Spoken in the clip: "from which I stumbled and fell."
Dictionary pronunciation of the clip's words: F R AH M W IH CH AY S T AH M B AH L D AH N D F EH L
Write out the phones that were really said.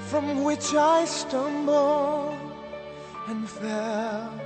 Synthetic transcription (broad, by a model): F R AH M W IH CH AY S T AH M B L AH N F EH L